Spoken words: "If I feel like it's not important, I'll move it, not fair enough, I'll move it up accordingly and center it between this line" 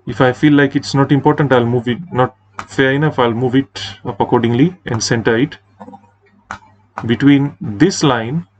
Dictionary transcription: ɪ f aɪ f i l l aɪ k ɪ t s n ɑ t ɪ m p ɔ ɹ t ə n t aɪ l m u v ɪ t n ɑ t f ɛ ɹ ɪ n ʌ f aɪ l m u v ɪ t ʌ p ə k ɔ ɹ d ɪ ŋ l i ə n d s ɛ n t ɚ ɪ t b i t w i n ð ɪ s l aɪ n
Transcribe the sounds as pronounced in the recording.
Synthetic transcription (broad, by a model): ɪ f aɪ f i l l aɪ k ɪ t s n ɑ t ɪ m p ɔ ɹ t ə n t aɪ l m u v ɪ t n ɑ t f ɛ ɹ ɪ n ʌ f aɪ l m u v ɪ t ʌ p ə k ɔ ɹ d ɪ ŋ l i ə n d s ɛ n t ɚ ɪ t b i t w i n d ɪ s l aɪ n